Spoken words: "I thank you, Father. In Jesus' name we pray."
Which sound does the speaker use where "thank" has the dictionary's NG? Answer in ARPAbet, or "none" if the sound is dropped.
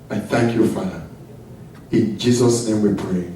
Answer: NG